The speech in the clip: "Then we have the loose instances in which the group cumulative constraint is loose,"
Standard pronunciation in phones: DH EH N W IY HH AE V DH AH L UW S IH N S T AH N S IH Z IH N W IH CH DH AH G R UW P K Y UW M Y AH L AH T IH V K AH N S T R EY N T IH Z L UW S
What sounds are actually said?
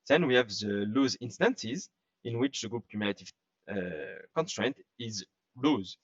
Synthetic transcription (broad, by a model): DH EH N W IY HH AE V DH AH L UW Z IH N S T AH N S IH Z IH N W IH CH DH AH G R UW P K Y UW M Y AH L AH T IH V K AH N S T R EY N T IH Z L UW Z